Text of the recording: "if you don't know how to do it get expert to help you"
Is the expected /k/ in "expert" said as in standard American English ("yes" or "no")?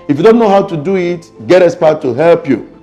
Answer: no